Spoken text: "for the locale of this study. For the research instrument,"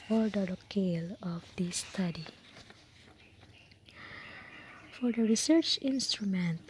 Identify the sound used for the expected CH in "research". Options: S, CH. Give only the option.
CH